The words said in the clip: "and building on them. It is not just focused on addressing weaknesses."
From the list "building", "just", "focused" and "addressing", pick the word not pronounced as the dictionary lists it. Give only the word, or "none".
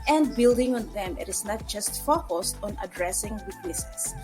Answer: none